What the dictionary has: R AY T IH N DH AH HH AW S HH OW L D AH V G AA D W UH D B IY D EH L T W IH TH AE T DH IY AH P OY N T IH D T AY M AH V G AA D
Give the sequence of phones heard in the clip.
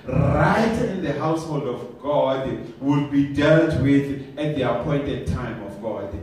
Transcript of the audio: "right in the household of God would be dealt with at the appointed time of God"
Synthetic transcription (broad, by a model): R AY T IH N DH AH HH AW S HH OW L D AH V G AA D W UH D B IY D EH L T W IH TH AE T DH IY AH P OY N T IH D T AY M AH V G AA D